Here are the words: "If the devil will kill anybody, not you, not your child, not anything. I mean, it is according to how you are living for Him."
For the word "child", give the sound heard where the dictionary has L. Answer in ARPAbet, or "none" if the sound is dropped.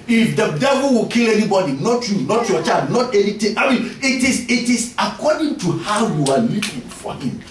none